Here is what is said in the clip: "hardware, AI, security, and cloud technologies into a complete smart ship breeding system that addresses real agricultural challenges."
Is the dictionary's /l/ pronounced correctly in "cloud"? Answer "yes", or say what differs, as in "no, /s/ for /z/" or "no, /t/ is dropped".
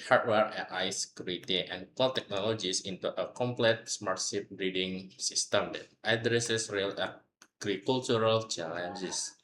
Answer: no, /l/ is dropped